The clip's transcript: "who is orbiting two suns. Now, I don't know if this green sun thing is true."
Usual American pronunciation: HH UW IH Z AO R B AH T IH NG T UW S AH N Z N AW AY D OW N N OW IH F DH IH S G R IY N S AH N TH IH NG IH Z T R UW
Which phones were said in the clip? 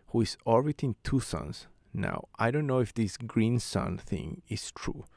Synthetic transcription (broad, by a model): HH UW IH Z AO L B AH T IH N T UW S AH N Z N AW AY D OW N N OW IH F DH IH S G R IY N S AH N TH IH NG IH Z T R UW